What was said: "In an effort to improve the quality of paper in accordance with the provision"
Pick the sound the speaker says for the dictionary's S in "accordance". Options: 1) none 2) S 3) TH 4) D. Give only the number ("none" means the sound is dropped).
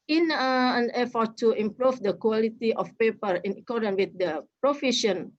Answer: 1